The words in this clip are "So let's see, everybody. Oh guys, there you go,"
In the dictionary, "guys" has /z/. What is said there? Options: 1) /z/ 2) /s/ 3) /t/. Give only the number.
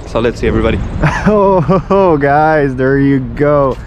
1